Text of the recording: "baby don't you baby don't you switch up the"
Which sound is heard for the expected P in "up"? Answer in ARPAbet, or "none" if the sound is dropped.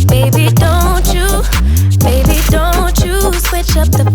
P